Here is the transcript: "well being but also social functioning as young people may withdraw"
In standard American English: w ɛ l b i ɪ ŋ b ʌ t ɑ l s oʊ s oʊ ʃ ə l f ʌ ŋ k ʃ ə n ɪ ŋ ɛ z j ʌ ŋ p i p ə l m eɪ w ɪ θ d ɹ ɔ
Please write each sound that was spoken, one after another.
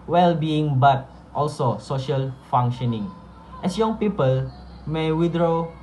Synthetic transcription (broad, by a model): w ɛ l b i ɪ ŋ b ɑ t ɑ l s oʊ s oʊ ʃ ə l f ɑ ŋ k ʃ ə n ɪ ŋ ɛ s j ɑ ŋ p i p ə l m eɪ w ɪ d ɹ ɔ